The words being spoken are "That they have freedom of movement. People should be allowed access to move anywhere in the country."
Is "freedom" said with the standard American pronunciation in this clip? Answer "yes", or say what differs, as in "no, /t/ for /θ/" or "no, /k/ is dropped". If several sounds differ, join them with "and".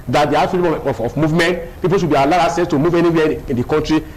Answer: no, /ɹ/ is dropped